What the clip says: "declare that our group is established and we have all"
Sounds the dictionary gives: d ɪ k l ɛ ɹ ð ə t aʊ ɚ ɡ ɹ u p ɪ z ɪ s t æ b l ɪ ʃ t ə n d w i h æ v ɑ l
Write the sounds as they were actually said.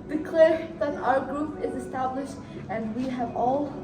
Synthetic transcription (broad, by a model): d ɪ k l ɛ ɹ ð ə t aʊ ɚ ɡ ɹ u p ɪ z ɪ s t æ b l ɪ ʃ t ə n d w i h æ v ɑ l